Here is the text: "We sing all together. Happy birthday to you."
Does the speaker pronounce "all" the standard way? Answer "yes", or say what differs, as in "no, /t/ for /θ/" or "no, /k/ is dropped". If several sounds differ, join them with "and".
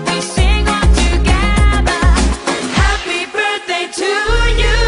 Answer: no, /n/ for /l/